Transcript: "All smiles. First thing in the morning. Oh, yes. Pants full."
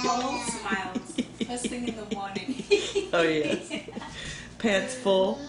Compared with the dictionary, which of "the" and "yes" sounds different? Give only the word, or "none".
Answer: yes